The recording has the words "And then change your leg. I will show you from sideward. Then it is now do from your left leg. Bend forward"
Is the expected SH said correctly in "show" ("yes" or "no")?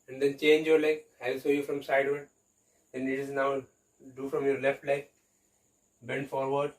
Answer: no